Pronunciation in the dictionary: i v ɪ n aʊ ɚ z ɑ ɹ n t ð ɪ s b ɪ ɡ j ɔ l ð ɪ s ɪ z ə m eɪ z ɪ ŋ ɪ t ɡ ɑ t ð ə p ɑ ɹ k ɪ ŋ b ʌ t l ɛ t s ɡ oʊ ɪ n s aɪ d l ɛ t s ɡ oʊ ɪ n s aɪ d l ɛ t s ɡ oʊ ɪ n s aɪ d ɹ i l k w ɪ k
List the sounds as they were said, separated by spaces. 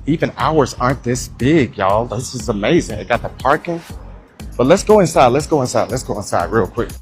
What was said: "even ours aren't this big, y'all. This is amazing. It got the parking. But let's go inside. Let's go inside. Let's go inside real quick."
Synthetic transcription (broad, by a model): i v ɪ n aʊ ɚ z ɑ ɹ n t ð ɪ s b ɪ ɡ j ɔ l ð ɪ s ɪ z ə m eɪ z ɪ ŋ ɪ t ɡ ɑ t ð ə p ɑ ɹ k ɪ ŋ b ʌ t l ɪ t s ɡ oʊ ɪ n s aɪ d l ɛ t s ɡ oʊ ɪ n s aɪ d l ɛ t s ɡ oʊ ɪ n s aɪ d ɹ i l k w ɪ k